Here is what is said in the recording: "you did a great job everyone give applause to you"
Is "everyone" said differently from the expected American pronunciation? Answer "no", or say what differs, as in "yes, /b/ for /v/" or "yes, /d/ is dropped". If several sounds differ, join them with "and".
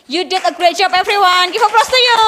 yes, /f/ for /v/